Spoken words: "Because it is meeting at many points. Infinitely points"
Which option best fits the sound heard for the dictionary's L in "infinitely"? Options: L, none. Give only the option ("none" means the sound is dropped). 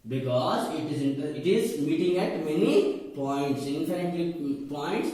none